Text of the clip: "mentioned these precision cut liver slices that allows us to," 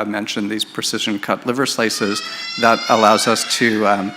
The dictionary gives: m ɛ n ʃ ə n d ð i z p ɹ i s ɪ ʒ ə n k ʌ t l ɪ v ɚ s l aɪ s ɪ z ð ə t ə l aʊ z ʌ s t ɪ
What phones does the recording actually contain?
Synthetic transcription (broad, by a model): m ɛ n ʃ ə n ð i z p ɹ i s ɪ ʒ ə n k ʌ t l ɪ v ɚ s l aɪ s ɪ z ð ə t ə l aʊ z ʌ s t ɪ